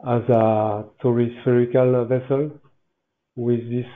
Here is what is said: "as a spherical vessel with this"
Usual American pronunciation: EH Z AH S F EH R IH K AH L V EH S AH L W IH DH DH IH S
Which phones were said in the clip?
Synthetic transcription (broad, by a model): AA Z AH S F EH R IH K AH L V EH S AH L W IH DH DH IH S